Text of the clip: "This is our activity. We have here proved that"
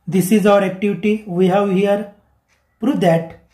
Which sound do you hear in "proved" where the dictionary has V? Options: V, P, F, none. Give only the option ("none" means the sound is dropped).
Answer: none